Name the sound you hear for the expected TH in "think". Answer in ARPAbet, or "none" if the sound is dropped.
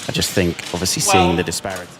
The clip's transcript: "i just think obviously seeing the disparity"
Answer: TH